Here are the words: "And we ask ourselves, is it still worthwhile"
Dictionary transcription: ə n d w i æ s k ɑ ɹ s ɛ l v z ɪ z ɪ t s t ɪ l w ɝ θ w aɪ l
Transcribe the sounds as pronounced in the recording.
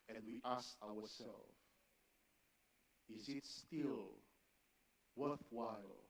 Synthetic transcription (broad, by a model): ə n d w i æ s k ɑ w s ɛ l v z ɪ z ɪ t s t ɪ l w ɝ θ w aɪ l